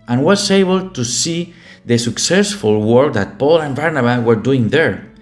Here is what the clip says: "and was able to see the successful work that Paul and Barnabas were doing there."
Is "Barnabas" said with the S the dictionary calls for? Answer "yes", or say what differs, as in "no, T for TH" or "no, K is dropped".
no, S is dropped